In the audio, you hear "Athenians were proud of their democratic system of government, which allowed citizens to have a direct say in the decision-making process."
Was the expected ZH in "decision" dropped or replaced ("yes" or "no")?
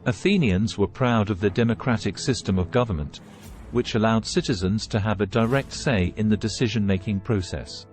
no